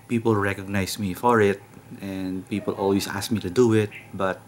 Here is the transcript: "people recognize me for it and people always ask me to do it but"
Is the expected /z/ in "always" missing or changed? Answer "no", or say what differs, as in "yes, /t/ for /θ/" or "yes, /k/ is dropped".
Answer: yes, /s/ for /z/